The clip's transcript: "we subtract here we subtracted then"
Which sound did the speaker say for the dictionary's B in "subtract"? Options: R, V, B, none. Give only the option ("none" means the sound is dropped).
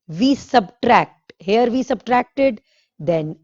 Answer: B